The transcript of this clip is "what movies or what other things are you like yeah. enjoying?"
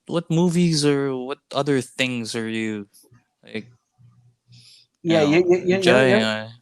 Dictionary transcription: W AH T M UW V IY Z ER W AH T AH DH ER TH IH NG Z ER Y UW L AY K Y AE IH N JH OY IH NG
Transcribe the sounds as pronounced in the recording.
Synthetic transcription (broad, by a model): W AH T M UW V IY Z ER W AH T AH DH ER TH IH NG Z ER Y UW L AY K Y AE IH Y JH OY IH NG